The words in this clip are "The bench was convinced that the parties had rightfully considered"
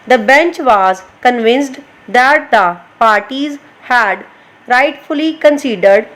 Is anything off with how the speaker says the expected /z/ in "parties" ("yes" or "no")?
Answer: no